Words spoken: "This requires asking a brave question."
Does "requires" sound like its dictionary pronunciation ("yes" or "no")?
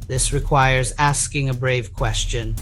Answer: yes